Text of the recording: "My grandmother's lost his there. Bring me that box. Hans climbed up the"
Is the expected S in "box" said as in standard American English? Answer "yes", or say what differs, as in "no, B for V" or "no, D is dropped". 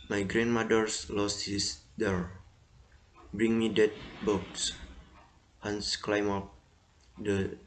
yes